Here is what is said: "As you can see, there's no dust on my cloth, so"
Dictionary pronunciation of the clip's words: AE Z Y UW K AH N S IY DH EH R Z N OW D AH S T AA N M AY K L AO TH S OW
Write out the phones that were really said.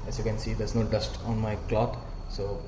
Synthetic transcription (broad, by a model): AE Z Y UW K AH N S IY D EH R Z N OW D AH S T AA N M AY K L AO T S OW